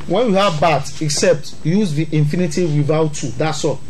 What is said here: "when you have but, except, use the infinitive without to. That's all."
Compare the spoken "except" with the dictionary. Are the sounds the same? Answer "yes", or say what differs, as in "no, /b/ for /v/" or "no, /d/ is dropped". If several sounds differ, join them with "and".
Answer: yes